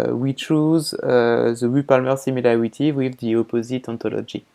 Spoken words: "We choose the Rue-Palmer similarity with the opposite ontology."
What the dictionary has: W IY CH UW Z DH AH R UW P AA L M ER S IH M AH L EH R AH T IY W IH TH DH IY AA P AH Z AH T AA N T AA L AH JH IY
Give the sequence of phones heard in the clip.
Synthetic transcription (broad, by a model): W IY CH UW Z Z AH W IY P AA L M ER S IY M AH L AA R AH T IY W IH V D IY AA P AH Z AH T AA T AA L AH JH IY